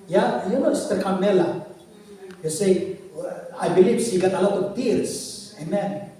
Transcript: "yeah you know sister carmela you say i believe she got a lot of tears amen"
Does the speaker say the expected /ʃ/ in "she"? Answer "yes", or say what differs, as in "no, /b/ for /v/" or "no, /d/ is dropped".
no, /s/ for /ʃ/